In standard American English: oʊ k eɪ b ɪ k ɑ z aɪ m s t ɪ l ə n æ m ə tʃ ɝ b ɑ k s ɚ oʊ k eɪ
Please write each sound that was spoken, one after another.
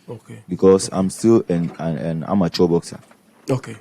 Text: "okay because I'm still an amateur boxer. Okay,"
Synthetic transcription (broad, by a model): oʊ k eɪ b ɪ k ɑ s aɪ m s t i l ə n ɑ m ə tʃ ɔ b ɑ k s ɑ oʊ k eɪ